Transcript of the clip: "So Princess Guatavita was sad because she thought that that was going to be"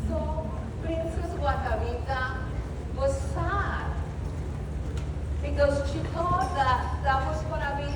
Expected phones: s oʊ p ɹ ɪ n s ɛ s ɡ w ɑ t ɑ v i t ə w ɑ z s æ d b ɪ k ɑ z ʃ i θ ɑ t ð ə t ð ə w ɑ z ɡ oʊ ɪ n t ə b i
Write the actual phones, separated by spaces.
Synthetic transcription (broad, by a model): s oʊ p ɹ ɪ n s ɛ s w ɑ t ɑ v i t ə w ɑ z s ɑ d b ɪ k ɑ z ʃ i t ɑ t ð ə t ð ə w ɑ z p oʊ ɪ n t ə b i